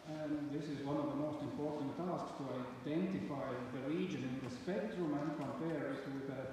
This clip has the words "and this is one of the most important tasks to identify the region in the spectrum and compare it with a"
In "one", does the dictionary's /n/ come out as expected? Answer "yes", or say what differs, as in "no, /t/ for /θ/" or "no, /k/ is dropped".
yes